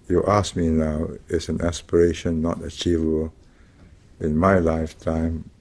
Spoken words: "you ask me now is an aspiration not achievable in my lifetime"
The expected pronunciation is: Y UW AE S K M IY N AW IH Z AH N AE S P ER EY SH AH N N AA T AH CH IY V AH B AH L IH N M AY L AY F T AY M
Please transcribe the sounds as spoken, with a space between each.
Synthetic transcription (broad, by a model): Y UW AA S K M IY N AW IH S AH N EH S P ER EY SH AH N N AA T AH CH IY V AH B AH L IH N M AY L AY F T AY M